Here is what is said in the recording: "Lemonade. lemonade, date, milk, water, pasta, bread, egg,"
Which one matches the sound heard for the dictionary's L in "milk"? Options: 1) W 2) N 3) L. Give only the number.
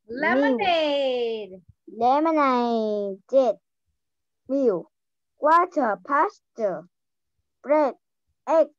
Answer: 1